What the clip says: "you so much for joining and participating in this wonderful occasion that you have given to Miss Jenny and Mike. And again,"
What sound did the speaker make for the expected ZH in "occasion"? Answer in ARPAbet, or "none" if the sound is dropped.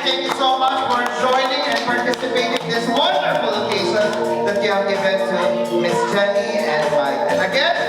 S